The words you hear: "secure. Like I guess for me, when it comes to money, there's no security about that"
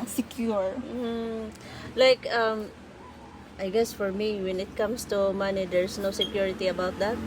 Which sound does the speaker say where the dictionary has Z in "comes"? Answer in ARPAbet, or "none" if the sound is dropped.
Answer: S